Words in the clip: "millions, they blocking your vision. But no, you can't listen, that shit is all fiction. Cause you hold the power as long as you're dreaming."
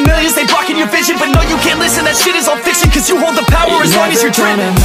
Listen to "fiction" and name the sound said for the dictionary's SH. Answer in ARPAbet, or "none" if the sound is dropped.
S